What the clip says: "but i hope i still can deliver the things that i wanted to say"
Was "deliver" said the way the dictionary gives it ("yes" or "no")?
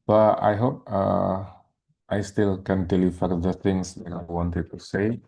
no